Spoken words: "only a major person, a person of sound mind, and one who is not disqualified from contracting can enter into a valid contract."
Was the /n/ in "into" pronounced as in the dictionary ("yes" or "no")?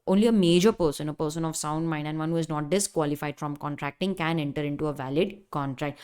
yes